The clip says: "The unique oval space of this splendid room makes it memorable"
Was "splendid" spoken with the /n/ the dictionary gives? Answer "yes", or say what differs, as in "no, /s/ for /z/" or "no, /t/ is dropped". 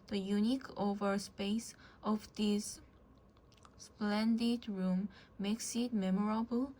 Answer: yes